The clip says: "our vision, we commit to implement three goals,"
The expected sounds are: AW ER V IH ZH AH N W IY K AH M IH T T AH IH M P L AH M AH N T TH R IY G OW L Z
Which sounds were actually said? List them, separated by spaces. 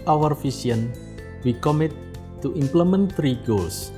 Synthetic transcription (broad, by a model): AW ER F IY S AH N W IY K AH M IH T T AH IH M P L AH M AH N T R IY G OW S